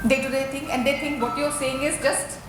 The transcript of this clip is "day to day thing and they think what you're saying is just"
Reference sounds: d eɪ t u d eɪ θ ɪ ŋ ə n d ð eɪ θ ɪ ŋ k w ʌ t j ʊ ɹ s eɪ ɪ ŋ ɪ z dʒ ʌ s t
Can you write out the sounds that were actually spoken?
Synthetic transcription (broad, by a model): d eɪ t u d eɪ t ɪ ŋ ə n d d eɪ t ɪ ŋ k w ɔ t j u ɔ s eɪ ɪ ŋ ɪ z dʒ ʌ s t